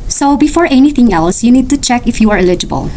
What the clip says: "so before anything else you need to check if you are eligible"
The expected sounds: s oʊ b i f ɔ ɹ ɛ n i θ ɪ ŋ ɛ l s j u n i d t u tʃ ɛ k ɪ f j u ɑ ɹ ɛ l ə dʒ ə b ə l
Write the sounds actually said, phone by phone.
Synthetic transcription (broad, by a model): s oʊ b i f ɔ ɹ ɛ n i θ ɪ ŋ ɛ l s j u n i d t u tʃ ɛ k ɪ f j u ɑ ɹ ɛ l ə dʒ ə b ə l